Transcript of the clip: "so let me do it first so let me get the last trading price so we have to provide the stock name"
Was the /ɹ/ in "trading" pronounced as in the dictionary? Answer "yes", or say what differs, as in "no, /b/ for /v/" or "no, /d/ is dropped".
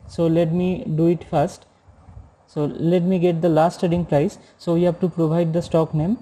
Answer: no, /ɹ/ is dropped